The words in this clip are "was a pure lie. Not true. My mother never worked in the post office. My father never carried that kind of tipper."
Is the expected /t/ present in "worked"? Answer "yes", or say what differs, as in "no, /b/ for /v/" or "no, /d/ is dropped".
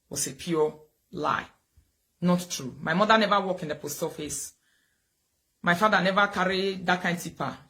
no, /t/ is dropped